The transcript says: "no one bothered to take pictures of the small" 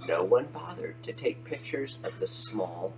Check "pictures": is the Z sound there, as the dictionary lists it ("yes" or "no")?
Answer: yes